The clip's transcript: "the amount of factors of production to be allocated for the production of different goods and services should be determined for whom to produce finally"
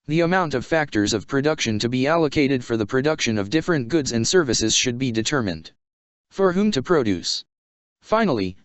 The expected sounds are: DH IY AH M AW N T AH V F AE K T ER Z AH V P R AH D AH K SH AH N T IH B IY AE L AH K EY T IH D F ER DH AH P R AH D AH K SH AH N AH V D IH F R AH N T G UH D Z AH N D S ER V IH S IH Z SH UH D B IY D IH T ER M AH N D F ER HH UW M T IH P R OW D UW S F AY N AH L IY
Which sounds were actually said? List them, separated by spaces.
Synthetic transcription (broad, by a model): DH IY AH M AW N T AH V F AE K T ER Z AH V P R AH D AH K SH AH N T IH B IY AE L AH K EY T IH D F ER DH AH P R AH D AH K SH AH N AH V D IH F R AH N G UH D Z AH N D S ER V IH S IH Z SH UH D B IY D IH T ER M AH N D F ER HH UW M T IH P R OW D UW S F AY N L IY